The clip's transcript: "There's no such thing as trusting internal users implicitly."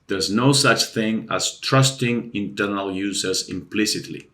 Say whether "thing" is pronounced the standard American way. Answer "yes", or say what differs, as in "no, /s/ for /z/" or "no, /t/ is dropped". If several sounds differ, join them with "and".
yes